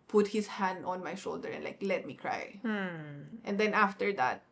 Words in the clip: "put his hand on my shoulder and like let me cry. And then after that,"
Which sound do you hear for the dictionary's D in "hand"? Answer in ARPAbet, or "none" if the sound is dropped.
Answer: D